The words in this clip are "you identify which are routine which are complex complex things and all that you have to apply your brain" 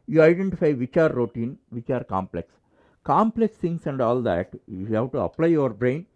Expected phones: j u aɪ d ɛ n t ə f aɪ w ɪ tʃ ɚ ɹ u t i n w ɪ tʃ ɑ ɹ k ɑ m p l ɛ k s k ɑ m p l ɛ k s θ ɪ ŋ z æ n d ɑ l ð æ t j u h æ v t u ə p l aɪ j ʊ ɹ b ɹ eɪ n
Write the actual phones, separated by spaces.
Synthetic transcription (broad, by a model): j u aɪ d ɛ n t ə f aɪ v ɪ tʃ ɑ ɹ u t i n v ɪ tʃ ɑ ɹ k ɑ m p l ɛ k s k ɑ m p l ɛ k s t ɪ ŋ s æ n d ɑ l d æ t j u h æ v t u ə p l aɪ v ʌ ɹ b ɹ eɪ n